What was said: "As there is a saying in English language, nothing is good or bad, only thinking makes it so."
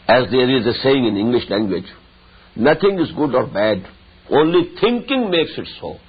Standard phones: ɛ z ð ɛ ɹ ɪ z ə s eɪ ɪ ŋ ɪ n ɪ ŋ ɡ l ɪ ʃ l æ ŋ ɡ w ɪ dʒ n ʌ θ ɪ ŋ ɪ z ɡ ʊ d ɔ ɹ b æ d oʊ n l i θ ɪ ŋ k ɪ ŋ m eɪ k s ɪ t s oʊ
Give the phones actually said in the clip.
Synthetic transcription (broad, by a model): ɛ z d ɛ ɹ ɪ z ə s eɪ ɪ ŋ ɪ n ɪ ŋ ɡ l ɪ ʃ l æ ŋ ɡ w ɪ dʒ n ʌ t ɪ ŋ ɪ z ɡ ʊ d ɔ ɹ b æ d oʊ n l i t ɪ ŋ k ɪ ŋ m eɪ k s ɪ t s oʊ